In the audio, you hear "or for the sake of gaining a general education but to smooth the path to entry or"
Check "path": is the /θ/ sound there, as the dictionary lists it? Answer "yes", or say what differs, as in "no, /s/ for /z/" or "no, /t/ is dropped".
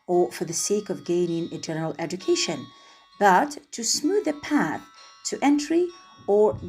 yes